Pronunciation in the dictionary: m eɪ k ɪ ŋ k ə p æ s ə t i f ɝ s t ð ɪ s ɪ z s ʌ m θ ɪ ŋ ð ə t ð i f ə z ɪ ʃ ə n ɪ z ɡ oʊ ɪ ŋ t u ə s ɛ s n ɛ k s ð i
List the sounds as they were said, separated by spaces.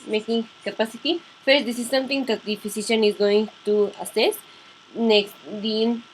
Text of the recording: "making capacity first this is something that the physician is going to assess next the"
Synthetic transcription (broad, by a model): m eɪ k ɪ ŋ k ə p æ s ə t i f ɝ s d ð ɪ s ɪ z s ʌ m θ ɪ ŋ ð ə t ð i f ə s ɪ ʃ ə n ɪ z ɡ oʊ ɪ ŋ t u ə s ɛ s n ɛ k s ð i